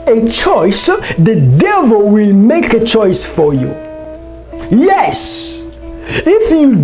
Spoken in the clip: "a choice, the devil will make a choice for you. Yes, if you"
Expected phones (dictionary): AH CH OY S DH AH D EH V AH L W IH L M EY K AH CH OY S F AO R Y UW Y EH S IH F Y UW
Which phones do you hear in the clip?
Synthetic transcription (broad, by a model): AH CH OY S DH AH D EH V AH L W IH L M EY K AH CH OY S F AO R Y UW Y EH S IH F Y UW